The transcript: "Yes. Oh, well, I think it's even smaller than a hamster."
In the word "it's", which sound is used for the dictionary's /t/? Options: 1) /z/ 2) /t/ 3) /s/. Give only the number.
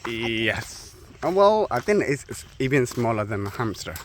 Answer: 3